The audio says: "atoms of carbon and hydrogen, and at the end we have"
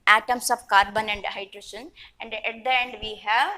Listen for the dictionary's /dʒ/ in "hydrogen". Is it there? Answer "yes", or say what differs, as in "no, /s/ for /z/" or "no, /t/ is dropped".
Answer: no, /ʃ/ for /dʒ/